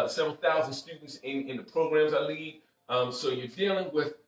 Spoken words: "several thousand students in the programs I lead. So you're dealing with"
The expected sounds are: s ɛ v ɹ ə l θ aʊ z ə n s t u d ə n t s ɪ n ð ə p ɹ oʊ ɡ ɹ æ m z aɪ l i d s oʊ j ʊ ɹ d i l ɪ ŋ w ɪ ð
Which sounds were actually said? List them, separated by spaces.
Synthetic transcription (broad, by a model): s ɛ v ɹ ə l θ aʊ z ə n s t u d n t s ɪ n ð ə p ɹ oʊ ɡ ɹ æ m z aɪ l i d s oʊ j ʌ ɹ d i l ɪ ŋ w ɪ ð